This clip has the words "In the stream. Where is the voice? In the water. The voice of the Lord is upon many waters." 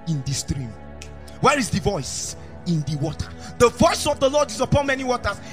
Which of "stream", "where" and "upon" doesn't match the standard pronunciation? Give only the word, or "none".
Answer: none